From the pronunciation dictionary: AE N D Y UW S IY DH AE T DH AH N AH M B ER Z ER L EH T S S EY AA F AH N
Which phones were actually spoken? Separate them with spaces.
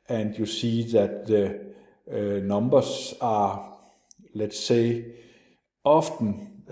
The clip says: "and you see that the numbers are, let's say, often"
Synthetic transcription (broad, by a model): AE N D Y UW S IY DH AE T DH AH N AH M B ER S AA L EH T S S EY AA F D N